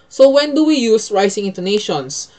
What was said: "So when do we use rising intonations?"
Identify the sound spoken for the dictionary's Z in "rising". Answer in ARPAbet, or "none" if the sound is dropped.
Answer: S